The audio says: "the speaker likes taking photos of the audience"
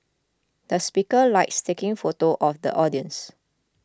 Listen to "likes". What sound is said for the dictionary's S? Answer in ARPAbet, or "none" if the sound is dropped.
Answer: S